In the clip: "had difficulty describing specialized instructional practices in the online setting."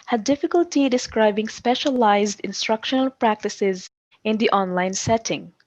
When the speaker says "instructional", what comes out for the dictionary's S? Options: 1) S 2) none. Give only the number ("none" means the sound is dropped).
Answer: 1